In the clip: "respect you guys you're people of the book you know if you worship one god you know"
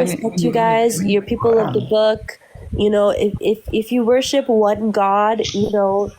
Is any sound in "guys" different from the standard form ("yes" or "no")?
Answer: no